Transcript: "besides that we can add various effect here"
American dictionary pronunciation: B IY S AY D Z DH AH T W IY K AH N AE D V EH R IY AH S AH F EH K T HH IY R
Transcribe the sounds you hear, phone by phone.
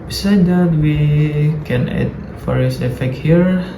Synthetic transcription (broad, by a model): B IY S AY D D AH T W IY K AH N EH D F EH R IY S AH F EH K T HH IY R